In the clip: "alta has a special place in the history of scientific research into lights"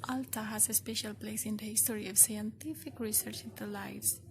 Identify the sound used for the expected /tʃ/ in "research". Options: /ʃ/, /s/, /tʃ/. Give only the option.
/tʃ/